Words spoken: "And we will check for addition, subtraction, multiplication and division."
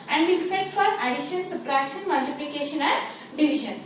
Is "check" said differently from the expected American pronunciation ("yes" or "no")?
yes